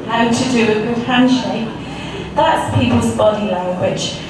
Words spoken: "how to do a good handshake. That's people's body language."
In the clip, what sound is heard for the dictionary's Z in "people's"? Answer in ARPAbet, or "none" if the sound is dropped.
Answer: Z